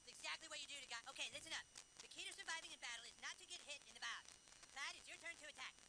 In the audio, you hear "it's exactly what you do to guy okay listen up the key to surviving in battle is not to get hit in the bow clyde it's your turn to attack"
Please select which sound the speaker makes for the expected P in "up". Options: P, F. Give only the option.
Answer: F